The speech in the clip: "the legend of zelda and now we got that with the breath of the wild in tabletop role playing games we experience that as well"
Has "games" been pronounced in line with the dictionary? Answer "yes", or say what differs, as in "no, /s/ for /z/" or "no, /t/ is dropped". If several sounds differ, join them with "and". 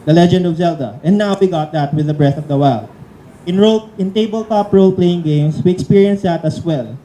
no, /s/ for /z/